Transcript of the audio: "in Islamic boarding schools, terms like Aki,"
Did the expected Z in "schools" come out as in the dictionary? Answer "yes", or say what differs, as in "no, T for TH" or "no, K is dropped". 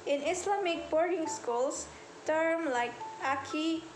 no, S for Z